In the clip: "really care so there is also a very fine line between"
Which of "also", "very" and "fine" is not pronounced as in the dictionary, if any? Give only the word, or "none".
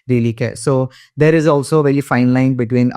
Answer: very